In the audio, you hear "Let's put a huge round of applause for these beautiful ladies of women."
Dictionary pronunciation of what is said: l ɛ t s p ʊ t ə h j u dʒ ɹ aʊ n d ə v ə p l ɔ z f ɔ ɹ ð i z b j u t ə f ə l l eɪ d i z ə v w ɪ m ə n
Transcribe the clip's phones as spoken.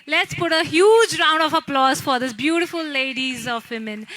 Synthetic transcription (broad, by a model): l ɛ t s p ʊ t ə h j u dʒ ɹ aʊ n d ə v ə p l ɔ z f ɔ ɹ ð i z b j u t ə f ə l l eɪ d i z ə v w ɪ m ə n